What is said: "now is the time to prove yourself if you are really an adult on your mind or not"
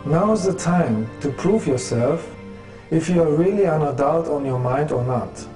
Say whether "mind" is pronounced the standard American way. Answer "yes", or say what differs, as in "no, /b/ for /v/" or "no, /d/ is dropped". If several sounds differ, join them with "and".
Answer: yes